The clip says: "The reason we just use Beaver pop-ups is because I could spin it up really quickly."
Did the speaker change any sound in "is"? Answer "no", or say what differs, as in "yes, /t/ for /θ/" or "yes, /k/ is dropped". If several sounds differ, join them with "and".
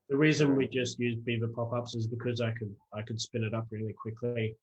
no